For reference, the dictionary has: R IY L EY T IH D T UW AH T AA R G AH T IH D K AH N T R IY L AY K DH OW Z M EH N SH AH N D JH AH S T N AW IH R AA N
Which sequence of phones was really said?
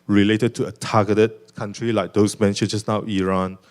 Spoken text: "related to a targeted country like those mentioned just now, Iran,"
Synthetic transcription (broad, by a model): R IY L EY T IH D T UW AH T AA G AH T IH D K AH N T R IY L AY K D OW S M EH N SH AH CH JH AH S N AW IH R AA N